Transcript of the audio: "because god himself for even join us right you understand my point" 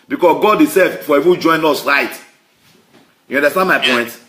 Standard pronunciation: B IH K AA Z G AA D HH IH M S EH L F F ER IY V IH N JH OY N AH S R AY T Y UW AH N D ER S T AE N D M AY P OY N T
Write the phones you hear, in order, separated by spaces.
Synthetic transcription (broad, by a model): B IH K AA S G AA D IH S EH F F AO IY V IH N JH OY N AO S R AY T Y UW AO N D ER S T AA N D M AY P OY N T